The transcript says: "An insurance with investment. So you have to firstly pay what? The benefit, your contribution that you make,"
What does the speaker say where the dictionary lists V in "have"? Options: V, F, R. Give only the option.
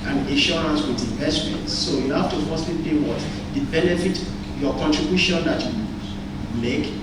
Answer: F